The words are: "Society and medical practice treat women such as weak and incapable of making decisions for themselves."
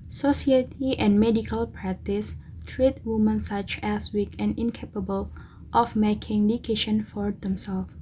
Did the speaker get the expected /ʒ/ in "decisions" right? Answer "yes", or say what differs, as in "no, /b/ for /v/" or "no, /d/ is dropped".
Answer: no, /ʃ/ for /ʒ/